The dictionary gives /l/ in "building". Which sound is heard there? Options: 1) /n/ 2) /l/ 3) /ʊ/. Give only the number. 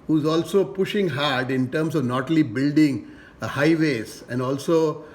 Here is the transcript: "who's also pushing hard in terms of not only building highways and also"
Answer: 2